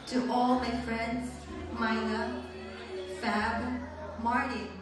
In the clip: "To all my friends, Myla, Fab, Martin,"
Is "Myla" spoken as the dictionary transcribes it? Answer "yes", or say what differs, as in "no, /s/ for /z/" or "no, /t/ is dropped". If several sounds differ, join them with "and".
no, /n/ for /l/